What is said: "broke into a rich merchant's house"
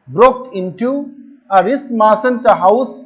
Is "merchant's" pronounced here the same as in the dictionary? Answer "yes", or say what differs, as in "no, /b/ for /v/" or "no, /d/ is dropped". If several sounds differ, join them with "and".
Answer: no, /s/ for /tʃ/